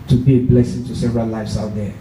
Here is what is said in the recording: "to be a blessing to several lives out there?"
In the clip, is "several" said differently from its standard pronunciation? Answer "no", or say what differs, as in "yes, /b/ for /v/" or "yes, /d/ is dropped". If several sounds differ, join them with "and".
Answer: yes, /n/ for /l/